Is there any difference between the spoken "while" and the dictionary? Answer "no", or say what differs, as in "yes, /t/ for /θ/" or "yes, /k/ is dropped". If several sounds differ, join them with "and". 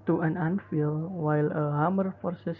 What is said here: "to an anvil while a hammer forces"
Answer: no